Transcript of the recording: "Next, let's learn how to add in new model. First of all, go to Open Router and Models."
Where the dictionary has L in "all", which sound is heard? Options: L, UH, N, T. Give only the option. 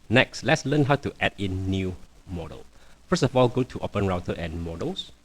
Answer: L